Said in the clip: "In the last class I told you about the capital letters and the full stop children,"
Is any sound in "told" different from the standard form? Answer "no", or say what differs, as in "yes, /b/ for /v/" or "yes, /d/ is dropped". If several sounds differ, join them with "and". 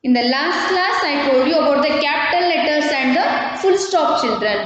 yes, /l/ is dropped